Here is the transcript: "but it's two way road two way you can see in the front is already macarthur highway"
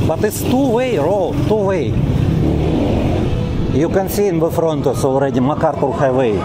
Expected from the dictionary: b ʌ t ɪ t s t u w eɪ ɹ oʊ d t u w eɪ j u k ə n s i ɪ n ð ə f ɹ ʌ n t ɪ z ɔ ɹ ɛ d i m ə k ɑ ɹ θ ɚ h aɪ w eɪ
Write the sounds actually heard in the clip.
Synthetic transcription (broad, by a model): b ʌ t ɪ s t u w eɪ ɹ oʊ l t u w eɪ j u k ə n s i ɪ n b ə f ɹ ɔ n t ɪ s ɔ ɹ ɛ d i m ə k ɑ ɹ t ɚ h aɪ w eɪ